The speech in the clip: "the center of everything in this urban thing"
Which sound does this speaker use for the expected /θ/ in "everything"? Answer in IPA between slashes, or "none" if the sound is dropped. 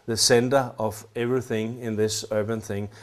/θ/